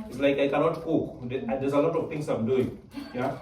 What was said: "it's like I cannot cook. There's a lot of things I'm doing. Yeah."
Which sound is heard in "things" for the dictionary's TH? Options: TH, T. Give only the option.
T